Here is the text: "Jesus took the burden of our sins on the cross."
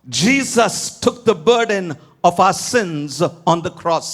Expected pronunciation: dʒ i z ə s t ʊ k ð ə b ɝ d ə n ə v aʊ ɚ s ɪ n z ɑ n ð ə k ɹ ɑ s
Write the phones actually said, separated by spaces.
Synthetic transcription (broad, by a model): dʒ i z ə s t ʊ k ð ə b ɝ d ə n ə v aʊ ɚ s ɪ n z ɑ n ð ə k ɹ ɑ s